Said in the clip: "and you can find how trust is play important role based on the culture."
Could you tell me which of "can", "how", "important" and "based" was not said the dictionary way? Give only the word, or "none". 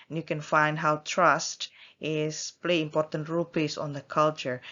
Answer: based